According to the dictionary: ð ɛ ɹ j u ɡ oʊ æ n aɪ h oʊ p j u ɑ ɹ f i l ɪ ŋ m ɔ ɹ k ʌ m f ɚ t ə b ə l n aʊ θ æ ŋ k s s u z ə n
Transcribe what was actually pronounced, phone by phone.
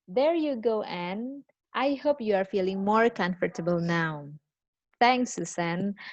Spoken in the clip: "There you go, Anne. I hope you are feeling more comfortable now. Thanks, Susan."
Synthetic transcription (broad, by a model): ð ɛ ɹ j u ɡ oʊ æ n aɪ h oʊ p j u ɑ ɹ f i l ɪ ŋ m ɔ ɹ k ʌ m f ɚ t ə b ə l n aʊ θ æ ŋ k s s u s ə n